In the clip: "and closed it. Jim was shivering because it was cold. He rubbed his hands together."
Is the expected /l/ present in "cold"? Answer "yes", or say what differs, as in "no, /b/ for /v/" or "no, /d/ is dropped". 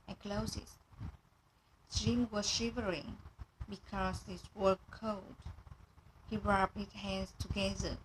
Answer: no, /l/ is dropped